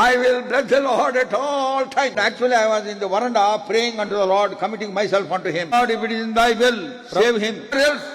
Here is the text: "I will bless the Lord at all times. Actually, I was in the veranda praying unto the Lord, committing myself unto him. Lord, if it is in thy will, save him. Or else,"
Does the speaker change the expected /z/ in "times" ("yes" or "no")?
yes